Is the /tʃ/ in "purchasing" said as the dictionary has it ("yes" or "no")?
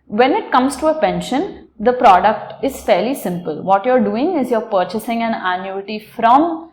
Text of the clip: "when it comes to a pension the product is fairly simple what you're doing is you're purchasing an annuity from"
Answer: yes